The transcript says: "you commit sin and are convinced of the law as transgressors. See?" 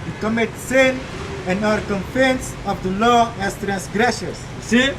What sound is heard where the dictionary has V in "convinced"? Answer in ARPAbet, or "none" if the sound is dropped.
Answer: F